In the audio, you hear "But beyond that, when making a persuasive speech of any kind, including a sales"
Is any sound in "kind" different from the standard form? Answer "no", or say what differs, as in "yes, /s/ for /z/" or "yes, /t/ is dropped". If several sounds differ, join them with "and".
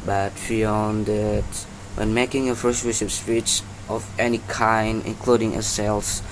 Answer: no